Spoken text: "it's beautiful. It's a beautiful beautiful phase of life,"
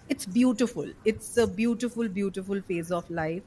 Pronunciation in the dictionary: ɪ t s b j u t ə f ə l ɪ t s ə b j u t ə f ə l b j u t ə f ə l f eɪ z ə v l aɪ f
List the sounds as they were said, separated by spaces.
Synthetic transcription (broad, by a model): ɪ t s b j u t ə f ə l ɪ t s ə b j u t ə f ə l b j u t ə f ə l f eɪ z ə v l aɪ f